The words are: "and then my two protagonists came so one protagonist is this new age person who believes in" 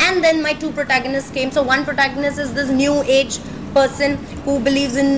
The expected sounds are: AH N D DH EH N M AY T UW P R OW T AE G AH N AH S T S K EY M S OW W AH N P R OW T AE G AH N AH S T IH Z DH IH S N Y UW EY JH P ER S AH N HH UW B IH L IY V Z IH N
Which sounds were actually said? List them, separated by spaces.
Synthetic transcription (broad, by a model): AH N D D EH N M AY T UW P R OW T AE G AH N AH S T S K EY M S OW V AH N P R OW T AE G AH N AH S T IH Z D IH S N Y UW EY JH P ER S AH N HH UW B IH L IY V Z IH N